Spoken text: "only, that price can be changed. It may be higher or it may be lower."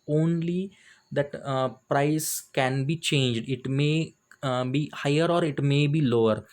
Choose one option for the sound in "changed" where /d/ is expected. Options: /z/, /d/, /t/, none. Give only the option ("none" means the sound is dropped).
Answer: /d/